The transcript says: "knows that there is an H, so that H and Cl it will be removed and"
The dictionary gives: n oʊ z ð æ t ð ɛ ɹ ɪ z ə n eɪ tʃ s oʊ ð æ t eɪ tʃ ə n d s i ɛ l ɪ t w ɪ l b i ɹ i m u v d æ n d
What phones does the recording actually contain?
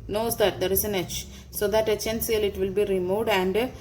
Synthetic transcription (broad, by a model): n oʊ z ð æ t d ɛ ɹ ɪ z ə n eɪ tʃ s oʊ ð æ t eɪ tʃ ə n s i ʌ l ɪ t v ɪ l b i ɹ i m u d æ n d